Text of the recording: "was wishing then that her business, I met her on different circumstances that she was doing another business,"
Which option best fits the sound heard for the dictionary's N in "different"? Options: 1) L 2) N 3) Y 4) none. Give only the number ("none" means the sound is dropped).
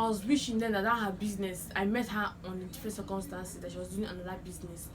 4